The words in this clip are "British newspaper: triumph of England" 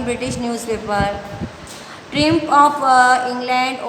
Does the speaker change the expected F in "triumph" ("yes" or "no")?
yes